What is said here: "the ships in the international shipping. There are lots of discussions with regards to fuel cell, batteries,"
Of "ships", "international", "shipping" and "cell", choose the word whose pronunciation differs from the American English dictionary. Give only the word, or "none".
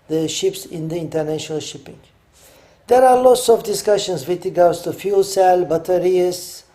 none